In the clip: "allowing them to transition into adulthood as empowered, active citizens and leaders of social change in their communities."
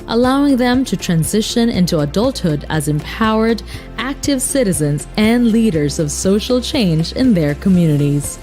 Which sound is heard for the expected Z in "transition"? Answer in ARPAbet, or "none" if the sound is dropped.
Z